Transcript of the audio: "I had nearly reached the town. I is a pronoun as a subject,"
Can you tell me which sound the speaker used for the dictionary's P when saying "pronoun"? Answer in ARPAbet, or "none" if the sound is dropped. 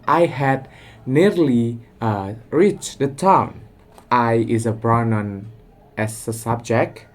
B